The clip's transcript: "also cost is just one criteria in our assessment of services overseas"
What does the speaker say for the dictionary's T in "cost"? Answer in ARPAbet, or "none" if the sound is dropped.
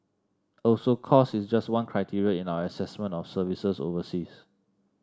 none